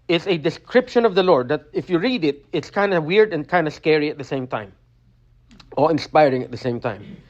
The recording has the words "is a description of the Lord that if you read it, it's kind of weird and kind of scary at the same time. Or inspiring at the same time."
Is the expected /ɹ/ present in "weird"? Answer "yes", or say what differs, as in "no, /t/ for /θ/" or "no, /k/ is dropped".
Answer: yes